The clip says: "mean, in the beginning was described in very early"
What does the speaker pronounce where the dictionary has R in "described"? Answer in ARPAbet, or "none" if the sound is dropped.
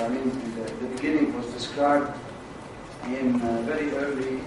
none